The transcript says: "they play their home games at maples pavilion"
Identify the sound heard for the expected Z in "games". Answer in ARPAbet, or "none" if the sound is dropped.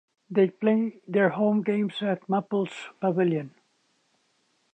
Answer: S